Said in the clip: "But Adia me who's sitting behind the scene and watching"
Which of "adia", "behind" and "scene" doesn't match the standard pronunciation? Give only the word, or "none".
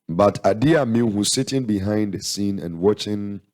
none